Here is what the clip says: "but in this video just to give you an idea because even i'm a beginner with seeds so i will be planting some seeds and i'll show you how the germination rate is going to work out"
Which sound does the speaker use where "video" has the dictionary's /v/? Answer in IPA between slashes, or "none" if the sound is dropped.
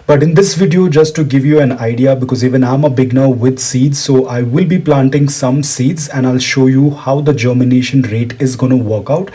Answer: /v/